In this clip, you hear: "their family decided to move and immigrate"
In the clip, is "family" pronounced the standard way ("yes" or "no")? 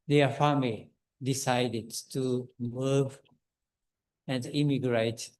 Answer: no